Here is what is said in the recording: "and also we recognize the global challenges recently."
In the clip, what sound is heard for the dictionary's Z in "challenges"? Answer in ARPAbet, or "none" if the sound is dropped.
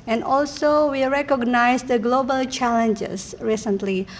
S